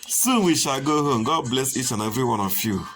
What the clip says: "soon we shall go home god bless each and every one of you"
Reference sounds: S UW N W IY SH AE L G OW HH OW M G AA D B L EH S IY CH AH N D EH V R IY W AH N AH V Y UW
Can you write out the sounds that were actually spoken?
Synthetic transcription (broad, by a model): S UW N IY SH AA G OW HH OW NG G AA D B L EH S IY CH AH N EH V R IY W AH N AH F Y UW